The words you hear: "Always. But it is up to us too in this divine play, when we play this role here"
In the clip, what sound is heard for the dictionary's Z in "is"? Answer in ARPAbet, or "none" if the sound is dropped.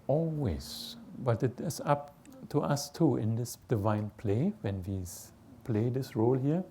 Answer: S